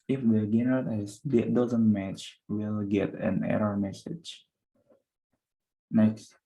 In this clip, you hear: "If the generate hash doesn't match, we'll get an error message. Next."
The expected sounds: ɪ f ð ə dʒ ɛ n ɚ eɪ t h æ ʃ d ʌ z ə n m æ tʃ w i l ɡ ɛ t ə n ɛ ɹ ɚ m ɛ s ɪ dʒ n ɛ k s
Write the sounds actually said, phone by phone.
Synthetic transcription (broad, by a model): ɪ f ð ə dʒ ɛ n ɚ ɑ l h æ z d ʌ z ə n m æ tʃ w i l ɡ ɛ t ə n ɛ ɹ ɚ m ɛ s ɪ dʒ n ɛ k s